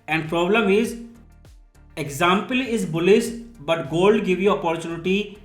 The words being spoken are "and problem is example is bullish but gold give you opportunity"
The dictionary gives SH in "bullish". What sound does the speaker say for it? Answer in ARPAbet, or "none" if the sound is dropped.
S